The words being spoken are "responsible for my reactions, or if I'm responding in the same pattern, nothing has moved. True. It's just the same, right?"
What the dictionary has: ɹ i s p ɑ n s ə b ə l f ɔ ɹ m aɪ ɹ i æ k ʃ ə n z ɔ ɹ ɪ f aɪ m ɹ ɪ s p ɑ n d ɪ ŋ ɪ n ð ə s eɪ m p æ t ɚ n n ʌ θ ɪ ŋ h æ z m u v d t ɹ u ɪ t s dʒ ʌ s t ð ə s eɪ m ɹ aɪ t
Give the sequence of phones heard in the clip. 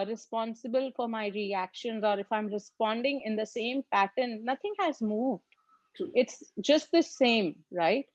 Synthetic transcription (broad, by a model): ɹ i s p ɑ n s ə b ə l f ɔ ɹ m aɪ ɹ i æ k ʃ ə n z ɔ ɹ ɪ f aɪ m ɹ ɪ s p ɑ n d ɪ ŋ ɪ n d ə s eɪ m p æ t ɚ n n ʌ t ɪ ŋ h æ z m u v d ɪ t s dʒ ʌ s t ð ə s eɪ m ɹ aɪ t